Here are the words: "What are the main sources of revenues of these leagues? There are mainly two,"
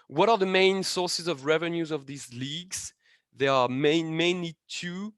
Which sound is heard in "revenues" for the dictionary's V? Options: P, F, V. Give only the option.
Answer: V